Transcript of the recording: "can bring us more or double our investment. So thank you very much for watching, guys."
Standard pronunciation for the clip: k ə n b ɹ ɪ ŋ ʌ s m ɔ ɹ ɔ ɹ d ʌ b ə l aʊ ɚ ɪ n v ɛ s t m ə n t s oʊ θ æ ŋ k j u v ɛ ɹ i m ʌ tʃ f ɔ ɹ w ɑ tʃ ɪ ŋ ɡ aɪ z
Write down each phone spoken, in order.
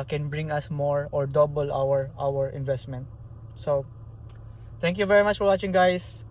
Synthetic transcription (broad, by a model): k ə n b ɹ ɪ ŋ ʌ s m ɔ ɹ ɔ ɹ d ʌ b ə l aʊ ɚ ɪ n v ɛ s t m ə n t s oʊ t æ ŋ k j u v ɛ ɹ i m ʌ tʃ f ɔ ɹ w ɑ tʃ ɪ ŋ ɡ aɪ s